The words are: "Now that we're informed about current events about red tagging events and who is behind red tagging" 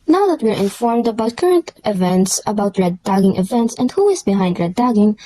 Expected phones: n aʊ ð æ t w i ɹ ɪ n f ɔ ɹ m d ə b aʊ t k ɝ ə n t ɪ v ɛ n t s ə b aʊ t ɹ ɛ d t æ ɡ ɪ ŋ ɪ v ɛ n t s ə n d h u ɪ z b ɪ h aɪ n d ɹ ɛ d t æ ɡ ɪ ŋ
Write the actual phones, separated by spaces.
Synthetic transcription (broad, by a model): n aʊ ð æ t w i ɹ ɪ n f ɔ ɹ m d ə b aʊ t k ɝ ə n t ɪ v ɛ n t s ə b aʊ t ɹ ɛ d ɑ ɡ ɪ ŋ ɪ v ɛ n t s ə n d h u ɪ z b ɪ h aɪ n d ɹ ɛ d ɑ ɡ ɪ ŋ